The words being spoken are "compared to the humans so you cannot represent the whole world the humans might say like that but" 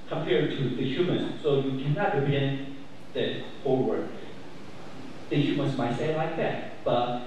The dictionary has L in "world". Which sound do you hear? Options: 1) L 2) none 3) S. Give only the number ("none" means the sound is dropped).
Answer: 2